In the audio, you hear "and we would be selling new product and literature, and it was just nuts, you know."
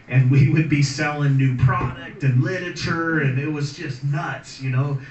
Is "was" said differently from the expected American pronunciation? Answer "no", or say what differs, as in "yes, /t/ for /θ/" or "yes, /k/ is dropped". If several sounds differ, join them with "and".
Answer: no